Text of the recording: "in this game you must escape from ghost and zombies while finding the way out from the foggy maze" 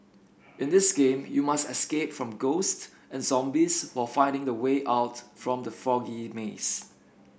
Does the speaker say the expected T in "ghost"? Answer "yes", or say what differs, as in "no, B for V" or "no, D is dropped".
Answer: yes